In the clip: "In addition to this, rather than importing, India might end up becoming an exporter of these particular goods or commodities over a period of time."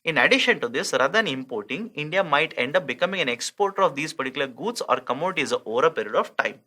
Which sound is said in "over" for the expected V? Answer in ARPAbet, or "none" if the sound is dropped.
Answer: V